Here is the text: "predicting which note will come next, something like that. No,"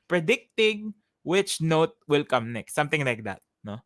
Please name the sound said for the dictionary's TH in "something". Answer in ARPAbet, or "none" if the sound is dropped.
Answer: T